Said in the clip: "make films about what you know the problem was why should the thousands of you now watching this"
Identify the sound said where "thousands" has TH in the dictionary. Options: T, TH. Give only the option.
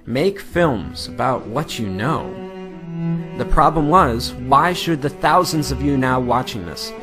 TH